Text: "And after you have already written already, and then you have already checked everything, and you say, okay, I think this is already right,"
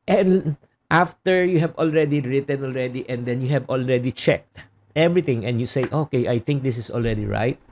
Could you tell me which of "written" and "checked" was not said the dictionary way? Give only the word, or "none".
none